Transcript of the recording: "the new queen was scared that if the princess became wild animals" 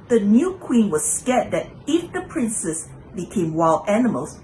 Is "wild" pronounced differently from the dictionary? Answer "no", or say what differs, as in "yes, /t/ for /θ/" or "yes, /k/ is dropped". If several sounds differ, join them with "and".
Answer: yes, /d/ is dropped